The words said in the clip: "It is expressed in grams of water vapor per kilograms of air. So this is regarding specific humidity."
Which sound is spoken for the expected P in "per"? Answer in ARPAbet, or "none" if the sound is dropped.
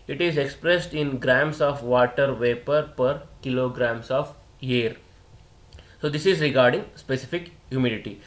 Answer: P